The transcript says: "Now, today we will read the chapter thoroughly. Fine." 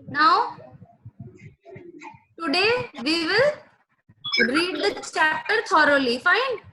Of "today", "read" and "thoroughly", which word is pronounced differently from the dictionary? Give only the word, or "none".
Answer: thoroughly